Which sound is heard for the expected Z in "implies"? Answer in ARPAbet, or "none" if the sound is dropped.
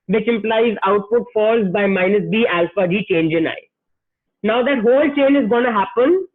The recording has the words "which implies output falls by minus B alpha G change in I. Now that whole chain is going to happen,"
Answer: Z